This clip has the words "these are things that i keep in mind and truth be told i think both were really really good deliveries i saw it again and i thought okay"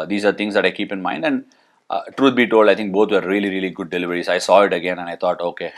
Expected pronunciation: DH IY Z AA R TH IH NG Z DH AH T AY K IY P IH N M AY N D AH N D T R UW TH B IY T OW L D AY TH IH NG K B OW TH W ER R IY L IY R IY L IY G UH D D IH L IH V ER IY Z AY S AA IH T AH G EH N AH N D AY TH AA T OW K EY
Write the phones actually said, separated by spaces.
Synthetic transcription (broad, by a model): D IY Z AA R T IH NG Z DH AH T AY K IY P IH N M AY N D AH N D T R UW T B IY T OW L D AY T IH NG K B OW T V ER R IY L IY R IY L IY G UH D D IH L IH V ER IY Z AY S AA IH T AH G EH N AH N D AY T AA T OW K EY